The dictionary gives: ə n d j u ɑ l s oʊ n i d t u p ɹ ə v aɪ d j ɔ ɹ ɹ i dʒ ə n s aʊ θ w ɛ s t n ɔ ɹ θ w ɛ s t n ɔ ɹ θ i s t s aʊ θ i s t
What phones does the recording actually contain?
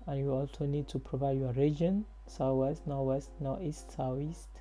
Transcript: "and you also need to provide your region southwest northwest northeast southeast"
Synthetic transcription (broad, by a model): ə n j u ɑ l s oʊ n i d t u p ɹ ə v aɪ d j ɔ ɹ ɹ i dʒ ə n s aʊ w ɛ s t n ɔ w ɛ s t n ɔ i s t s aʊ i s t